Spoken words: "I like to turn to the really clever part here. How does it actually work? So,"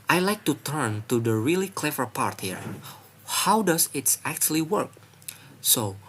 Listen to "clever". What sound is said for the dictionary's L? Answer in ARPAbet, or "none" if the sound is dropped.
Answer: L